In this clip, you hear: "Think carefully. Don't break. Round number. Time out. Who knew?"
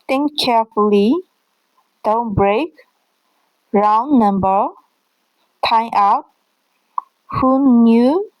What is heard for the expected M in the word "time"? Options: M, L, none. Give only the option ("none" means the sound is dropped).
none